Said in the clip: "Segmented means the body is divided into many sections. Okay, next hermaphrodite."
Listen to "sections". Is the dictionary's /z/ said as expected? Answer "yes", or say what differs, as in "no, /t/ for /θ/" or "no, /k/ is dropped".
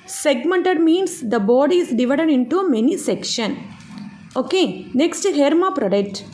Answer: no, /z/ is dropped